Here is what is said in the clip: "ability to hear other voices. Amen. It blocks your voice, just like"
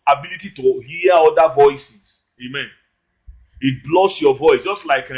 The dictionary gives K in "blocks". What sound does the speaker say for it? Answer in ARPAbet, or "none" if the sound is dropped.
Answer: none